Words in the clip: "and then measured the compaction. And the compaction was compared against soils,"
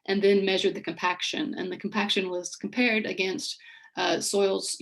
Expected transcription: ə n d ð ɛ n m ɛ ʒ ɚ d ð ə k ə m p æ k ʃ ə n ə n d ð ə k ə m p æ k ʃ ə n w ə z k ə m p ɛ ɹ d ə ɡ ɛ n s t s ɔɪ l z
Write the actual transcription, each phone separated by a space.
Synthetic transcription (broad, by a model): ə n ð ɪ n m ɛ ʒ ɚ d ð ə k ə m p æ k ʃ ə n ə n ð ə k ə m p æ k ʃ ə n w ə z k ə m p ɛ ɹ d ə ɡ ɛ n s t s ɔɪ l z